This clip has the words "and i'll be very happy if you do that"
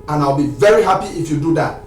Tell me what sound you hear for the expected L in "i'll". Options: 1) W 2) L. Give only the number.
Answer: 2